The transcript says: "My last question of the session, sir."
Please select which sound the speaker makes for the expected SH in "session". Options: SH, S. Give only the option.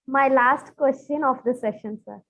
SH